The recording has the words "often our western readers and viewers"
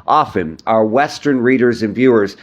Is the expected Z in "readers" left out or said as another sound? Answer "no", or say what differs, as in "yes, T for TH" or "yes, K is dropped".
no